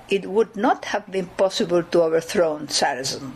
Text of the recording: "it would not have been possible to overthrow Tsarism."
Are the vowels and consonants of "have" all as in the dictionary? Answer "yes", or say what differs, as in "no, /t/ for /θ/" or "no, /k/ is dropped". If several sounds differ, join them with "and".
yes